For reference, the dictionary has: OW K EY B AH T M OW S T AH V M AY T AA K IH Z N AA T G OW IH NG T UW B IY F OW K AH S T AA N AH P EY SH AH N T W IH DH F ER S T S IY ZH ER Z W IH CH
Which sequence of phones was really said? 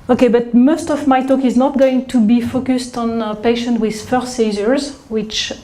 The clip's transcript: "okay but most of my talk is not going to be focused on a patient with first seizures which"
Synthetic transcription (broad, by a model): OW K EY B AH T M OW S T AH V M AY T AA K IH Z N AA T G OW IH NG T UW B IY F OW K AH S T AA N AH P EY SH AH N T W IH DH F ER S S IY Z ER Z W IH CH